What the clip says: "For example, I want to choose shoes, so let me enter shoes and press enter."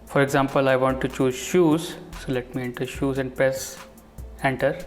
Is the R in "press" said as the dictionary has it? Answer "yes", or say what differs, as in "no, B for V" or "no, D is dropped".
no, R is dropped